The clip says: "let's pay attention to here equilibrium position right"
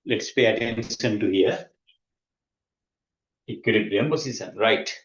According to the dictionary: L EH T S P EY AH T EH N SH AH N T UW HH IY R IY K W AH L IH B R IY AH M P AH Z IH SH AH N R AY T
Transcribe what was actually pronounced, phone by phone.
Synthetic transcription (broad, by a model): L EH T S P EY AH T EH N S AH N T UW HH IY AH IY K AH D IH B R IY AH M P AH S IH S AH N R AY T